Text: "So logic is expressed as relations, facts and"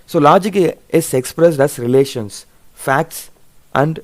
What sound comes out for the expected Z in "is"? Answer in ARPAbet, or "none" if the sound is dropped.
S